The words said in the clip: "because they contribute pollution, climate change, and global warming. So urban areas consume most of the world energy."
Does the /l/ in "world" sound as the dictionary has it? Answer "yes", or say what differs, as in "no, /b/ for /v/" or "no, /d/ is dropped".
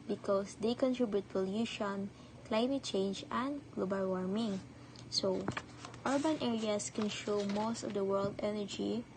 yes